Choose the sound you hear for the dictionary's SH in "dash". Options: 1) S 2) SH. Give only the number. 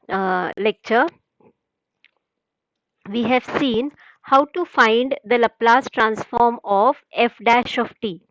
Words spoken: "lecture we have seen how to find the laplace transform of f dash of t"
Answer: 2